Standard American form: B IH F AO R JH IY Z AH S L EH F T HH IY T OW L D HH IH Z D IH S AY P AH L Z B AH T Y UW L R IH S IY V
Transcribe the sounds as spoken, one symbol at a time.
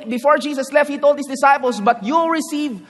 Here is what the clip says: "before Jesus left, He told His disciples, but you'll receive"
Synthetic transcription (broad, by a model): B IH F AO R JH IY S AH S L EH F T HH IY T OW L D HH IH S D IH S AY P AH L S B AH T Y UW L R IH S IY V